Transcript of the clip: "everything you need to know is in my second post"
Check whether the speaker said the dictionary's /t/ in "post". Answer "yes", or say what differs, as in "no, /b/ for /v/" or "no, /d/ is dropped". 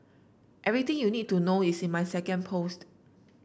yes